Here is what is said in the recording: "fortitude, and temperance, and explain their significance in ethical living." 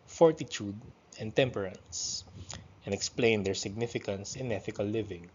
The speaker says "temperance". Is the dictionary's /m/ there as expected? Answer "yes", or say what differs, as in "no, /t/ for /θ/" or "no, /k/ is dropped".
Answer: yes